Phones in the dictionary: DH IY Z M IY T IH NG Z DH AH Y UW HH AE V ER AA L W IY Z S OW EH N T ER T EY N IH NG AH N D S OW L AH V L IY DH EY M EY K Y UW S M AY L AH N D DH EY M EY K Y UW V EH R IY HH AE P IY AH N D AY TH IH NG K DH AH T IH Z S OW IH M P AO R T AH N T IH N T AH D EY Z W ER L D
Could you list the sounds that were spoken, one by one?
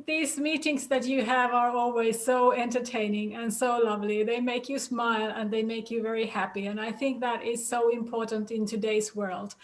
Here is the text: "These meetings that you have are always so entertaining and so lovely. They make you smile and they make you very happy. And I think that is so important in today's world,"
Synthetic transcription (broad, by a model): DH IY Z M IY T IH NG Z DH AH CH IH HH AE V ER AA L W IY Z S OW EH N T ER T EY N IH NG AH N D S OW L AH V L IY DH EY M EY K Y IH S M AY L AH N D DH EY M EY K Y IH V EH R IY HH AE P IY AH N AY TH IH NG K DH AH T IH Z S OW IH M P AO R T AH N T IH N T AH D EY Z W ER L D